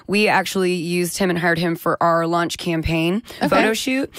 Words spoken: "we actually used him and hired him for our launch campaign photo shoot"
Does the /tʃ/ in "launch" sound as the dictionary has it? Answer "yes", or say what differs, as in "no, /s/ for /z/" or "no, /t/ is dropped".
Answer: yes